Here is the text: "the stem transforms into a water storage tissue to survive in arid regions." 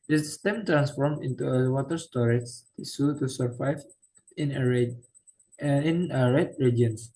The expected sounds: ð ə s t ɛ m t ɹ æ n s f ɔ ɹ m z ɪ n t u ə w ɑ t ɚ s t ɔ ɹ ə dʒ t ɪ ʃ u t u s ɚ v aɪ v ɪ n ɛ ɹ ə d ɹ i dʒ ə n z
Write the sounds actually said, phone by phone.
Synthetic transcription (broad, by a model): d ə s t ɛ m t ɹ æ n s f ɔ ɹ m ɪ n t u ə w ɑ t ɚ s t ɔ ɹ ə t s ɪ s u t u s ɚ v aɪ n ɪ n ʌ ɹ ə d ɹ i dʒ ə n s